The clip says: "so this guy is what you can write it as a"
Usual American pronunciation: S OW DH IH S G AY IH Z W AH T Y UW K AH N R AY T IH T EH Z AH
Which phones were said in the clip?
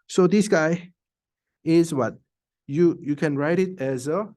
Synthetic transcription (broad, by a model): S OW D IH S G AY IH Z W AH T Y UW K AH N R AY T IH T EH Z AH